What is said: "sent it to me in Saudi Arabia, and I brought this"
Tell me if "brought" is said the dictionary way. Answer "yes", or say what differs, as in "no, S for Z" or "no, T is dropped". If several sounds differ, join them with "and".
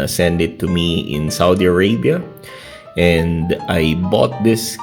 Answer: no, R is dropped